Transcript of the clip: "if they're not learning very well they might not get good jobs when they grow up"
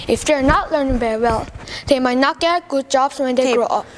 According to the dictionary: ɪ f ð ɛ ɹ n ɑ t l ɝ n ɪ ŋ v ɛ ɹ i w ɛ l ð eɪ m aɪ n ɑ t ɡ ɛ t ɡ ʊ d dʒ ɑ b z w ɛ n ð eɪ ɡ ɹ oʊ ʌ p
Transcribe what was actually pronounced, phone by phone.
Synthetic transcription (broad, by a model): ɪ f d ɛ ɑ n ɑ t l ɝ n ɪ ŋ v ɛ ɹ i w ɛ l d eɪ m aɪ n ɑ t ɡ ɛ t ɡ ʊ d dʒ ɑ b s w ɛ n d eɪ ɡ ɹ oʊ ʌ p